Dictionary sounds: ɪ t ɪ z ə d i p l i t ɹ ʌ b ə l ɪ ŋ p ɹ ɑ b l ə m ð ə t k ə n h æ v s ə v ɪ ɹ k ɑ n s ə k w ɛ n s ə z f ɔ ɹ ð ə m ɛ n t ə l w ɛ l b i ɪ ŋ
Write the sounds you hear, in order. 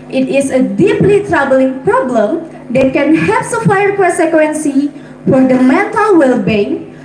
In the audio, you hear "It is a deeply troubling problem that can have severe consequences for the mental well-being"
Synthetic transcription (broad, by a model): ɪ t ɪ s ə d i p l i t ɹ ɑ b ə l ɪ ŋ p ɹ ɑ b l ə m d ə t k ə n h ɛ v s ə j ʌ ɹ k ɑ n s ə k w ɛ n s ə f ɔ ɹ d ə m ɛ t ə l w ɛ l b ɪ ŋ